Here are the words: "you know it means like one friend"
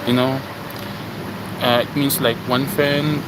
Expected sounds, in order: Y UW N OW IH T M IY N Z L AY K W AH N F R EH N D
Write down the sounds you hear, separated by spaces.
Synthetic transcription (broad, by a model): Y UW N OW IH T M IY N S L AY K W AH N F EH N